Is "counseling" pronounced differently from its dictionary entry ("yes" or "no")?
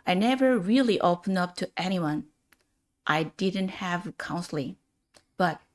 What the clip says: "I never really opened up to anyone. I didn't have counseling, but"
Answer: no